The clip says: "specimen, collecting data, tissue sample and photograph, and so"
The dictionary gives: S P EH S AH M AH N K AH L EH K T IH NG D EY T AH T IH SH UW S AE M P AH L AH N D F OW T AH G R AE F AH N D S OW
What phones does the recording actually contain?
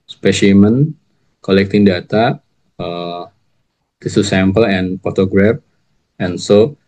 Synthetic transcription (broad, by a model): S P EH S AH M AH N K AH L EH K T IH NG D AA T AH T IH S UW S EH M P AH L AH N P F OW T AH G R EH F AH N S OW